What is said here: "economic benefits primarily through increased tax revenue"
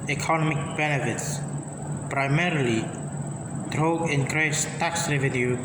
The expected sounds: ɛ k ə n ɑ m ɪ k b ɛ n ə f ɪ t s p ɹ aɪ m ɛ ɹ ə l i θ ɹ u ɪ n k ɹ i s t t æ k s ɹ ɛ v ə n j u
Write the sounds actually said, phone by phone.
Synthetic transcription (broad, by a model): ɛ k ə n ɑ m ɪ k b ɛ n ə f ɪ t s p ɹ aɪ m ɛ ɹ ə l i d ɹ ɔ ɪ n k ɹ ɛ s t t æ k s ɹ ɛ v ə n j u